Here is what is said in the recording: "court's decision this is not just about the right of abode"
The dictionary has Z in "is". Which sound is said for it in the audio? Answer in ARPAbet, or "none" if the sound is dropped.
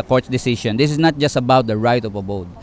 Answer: S